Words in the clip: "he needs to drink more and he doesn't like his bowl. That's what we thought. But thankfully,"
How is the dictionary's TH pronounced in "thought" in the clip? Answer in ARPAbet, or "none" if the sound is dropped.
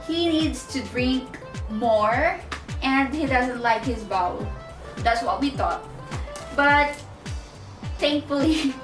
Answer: T